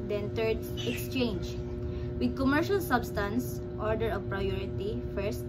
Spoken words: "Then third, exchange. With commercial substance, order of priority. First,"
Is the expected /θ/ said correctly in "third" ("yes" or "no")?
no